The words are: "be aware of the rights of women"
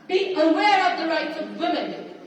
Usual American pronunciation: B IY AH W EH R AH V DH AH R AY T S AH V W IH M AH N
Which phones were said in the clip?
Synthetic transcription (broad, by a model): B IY AH W EH R AH V DH AH R AY T S AH V W IH M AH N